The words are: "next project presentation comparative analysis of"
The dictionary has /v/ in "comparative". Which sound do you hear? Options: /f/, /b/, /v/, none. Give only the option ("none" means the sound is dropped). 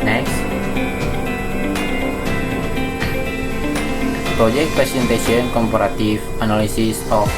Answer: /f/